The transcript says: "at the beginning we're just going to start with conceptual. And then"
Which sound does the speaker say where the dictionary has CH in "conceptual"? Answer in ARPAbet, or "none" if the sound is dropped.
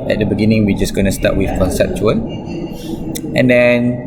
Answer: CH